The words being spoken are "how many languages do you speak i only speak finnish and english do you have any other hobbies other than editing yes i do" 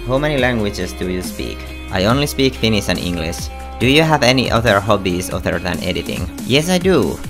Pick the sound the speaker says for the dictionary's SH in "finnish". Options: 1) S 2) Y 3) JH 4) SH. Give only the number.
1